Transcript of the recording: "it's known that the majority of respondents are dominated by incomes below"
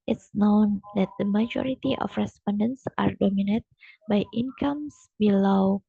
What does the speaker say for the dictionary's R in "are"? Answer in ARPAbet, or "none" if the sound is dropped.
R